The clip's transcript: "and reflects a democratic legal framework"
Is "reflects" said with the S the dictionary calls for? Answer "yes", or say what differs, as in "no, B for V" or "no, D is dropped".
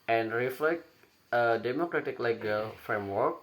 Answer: no, S is dropped